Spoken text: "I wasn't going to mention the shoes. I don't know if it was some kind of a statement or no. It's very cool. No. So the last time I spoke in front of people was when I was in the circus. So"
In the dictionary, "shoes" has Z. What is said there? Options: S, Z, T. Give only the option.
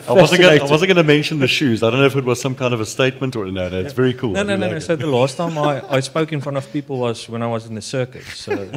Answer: Z